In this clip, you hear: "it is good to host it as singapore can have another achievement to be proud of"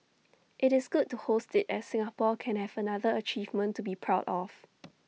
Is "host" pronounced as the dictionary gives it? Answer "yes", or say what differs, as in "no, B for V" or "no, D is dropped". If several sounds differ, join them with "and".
yes